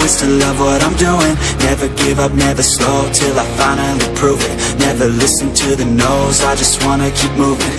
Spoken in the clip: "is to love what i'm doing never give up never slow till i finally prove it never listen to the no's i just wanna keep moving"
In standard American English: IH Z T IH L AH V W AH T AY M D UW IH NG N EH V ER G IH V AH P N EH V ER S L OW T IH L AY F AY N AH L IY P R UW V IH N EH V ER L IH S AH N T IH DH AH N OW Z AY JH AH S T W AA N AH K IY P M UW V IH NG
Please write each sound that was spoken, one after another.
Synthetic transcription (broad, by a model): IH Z T IH L AH V W AH T AY M D UW IH NG N EH V ER G IH V AH P N EH V ER S L OW T IH L AY F AY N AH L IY P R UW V IH N EH V ER L IH S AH N T IH DH AH N OW Z AY JH AH S T W AA N AH K IY P M UW V IH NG